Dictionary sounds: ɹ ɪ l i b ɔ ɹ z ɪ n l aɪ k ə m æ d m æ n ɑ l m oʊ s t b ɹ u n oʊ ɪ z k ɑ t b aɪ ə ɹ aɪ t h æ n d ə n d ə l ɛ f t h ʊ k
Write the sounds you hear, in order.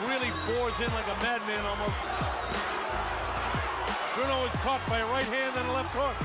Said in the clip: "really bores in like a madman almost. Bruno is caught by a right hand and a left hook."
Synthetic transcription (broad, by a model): ɹ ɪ l i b ɔ ɹ z ɪ n l aɪ k ə m æ d m æ n ɑ l m oʊ s t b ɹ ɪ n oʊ ɪ z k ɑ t b aɪ ə ɹ aɪ t h æ n d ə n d ə l ɛ f t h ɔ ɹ